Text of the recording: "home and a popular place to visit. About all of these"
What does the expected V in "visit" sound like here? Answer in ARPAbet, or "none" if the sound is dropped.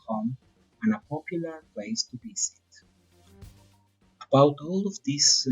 B